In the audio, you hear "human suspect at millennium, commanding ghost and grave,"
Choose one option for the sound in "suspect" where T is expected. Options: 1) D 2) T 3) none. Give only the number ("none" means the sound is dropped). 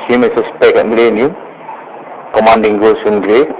3